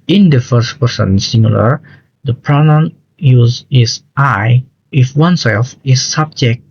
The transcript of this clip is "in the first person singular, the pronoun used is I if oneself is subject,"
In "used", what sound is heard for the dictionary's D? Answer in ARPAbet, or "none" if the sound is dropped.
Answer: none